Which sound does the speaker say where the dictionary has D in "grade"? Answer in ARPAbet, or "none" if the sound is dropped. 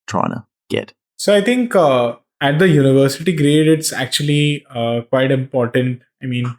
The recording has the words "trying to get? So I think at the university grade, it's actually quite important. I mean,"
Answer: D